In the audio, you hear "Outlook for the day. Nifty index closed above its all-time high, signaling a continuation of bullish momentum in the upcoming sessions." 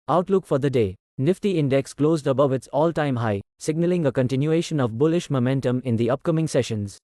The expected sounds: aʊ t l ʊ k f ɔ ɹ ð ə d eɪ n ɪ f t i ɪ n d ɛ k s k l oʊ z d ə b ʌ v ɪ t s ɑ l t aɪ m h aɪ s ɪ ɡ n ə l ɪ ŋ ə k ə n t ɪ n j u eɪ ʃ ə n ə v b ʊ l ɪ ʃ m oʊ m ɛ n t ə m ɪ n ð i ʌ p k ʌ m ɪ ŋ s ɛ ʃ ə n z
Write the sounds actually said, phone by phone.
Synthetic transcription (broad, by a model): aʊ t l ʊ k f ɔ ɹ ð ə d eɪ n ɪ f t i ɪ n d ɛ k s k l oʊ z d ə b ʌ v ɪ t s ɑ l t aɪ m h aɪ s ɪ ɡ n ə l ɪ ŋ ə k ə n t ɪ n j u eɪ ʃ ə n ə v b ʊ l ɪ ʃ m oʊ m ɛ n t ə m ɪ n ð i ʌ p k ʌ m ɪ ŋ s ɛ ʃ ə n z